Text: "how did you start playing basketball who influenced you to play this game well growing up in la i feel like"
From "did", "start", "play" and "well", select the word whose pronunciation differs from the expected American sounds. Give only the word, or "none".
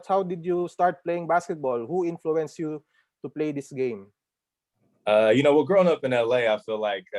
well